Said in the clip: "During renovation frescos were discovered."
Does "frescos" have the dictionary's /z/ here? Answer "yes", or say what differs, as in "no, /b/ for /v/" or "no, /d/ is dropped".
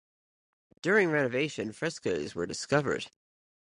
yes